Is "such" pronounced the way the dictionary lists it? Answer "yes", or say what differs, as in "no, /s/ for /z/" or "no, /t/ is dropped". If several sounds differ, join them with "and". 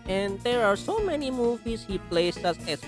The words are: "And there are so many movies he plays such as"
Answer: no, /s/ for /tʃ/